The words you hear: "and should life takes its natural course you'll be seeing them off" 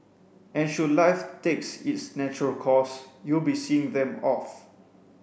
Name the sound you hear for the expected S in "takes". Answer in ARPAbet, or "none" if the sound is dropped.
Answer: S